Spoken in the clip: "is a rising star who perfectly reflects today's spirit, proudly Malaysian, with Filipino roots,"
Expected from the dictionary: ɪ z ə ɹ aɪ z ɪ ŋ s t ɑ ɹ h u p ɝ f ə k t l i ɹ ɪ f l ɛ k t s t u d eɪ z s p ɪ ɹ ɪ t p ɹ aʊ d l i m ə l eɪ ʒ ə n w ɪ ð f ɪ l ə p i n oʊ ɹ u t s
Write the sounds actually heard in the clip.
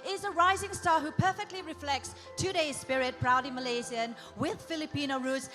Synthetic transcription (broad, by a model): ɪ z ə ɹ aɪ z ɪ ŋ s t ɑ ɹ h u p ɝ f ə k t l i ɹ ɪ f l ɛ k t s t u d eɪ z s p ɪ ɹ ɪ t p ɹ aʊ d i m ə l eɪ z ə n w ɪ ð f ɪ l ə p i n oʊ ɹ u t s